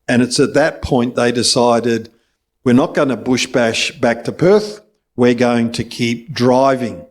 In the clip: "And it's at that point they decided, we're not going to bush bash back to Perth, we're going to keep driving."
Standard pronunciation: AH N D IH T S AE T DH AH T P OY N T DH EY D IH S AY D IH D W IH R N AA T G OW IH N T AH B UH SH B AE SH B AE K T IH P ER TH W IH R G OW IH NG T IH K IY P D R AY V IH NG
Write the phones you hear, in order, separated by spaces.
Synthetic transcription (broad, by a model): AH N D IH T S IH T DH AH T P OY N DH EY D IH S AY D IH D W IH R N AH T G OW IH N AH B UH SH B AE SH B AE K T IH P ER TH W IH R G OW IH NG T IH K IY P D R AY V IH NG